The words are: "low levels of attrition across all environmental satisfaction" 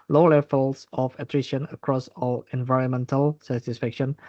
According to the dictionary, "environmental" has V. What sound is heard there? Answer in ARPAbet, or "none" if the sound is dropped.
V